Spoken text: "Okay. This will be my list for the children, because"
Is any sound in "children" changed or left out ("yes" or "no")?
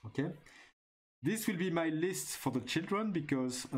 no